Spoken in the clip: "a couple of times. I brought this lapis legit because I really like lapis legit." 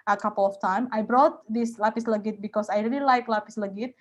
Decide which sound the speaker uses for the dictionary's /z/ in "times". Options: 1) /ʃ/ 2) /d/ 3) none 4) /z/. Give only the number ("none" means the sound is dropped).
3